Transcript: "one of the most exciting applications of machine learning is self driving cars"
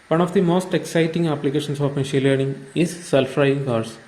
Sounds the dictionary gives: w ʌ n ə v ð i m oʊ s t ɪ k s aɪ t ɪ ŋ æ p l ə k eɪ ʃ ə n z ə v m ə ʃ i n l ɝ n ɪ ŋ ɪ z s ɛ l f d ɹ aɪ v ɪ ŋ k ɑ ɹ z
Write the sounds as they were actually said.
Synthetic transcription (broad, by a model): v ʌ n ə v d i m oʊ s t ɪ k s aɪ t ɪ ŋ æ p l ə k eɪ ʃ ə n s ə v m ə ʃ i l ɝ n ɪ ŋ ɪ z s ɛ l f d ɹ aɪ ɪ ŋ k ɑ ɹ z